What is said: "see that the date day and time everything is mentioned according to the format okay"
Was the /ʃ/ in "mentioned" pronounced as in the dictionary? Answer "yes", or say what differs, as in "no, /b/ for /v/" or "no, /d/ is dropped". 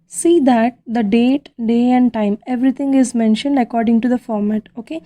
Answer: yes